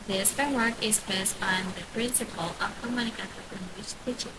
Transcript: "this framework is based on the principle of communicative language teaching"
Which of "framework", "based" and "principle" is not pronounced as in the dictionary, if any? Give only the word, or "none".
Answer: framework